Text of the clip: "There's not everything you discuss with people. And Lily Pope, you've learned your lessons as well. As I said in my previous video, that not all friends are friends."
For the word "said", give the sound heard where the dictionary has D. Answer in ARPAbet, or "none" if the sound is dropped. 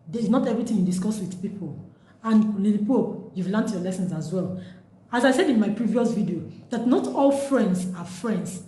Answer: D